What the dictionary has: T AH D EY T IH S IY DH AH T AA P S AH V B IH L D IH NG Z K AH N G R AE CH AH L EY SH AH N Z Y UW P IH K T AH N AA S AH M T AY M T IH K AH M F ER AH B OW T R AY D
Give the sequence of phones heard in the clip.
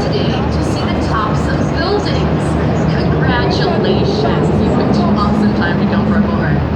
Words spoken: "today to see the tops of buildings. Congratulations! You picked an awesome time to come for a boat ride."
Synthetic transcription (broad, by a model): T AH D EY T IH S IY DH AH T AA P S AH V B IH L D IH NG Z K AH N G R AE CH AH L EY SH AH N Y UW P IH T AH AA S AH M T AY M T IH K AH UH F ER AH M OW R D